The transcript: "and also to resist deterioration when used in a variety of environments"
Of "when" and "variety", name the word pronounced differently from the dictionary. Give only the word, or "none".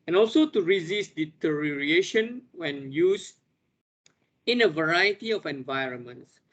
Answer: none